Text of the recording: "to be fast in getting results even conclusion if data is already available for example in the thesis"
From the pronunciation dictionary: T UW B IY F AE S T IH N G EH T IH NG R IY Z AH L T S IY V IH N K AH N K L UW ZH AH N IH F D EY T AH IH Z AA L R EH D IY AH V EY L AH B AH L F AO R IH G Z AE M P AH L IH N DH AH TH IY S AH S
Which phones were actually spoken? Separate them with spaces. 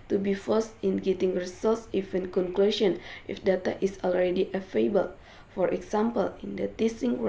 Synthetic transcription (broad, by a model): T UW B IY F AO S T IH N G EH T IH NG R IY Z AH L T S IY F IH N K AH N K L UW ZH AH N IH F D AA T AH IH S AA L R EH D IY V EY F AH B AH L F AO R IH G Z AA M P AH L IH N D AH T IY S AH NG